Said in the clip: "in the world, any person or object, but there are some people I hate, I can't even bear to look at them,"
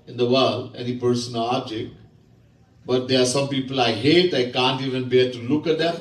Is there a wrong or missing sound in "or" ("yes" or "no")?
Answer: yes